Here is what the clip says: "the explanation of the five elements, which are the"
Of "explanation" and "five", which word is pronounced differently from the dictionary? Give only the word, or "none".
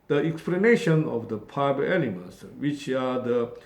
five